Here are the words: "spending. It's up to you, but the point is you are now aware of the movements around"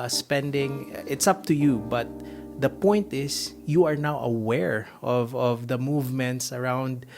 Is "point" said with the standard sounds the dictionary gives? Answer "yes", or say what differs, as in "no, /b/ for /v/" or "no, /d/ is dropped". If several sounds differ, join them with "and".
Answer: yes